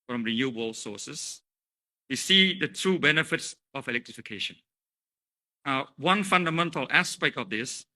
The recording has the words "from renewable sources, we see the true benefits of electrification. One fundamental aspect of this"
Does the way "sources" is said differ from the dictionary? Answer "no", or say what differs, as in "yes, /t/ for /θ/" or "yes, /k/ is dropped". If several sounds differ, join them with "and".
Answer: yes, /s/ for /z/